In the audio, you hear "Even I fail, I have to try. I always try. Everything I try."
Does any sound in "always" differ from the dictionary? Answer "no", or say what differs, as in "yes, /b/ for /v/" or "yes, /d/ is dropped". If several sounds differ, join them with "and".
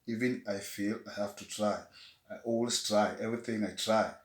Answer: yes, /s/ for /z/